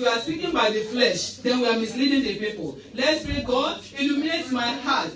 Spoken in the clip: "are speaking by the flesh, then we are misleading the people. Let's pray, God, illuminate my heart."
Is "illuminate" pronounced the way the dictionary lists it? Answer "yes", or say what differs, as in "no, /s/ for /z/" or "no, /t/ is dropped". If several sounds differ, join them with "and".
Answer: yes